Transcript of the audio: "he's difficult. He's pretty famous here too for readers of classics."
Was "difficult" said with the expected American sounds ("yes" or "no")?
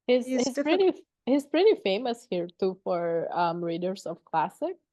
no